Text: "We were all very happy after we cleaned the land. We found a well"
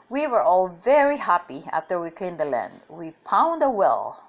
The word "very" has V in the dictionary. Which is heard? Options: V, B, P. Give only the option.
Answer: V